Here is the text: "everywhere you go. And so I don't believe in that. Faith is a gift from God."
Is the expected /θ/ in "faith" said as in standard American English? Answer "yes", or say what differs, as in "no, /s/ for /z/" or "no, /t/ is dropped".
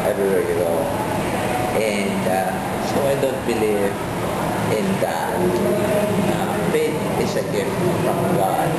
no, /t/ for /θ/